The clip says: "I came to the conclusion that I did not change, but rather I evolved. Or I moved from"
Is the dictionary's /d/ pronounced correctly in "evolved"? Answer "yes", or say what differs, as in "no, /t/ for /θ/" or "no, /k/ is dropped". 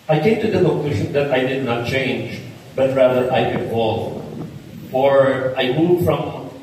no, /d/ is dropped